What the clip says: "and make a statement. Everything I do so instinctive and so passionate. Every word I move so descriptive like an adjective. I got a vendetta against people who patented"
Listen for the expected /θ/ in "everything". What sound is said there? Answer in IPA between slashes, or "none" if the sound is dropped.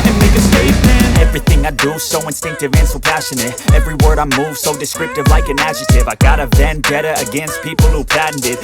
/θ/